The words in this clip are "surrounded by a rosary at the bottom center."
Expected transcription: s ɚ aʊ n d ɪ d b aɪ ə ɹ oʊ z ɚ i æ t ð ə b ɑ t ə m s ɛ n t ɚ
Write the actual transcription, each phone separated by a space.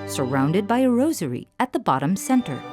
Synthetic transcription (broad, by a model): s ɚ aʊ n d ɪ d b aɪ ə ɹ oʊ z ɚ i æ t ð ə b ɑ t ə m s ɛ n t ɚ